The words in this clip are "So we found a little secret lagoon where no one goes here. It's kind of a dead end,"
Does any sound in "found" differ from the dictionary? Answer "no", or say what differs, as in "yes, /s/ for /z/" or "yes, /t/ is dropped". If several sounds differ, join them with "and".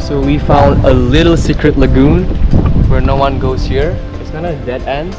no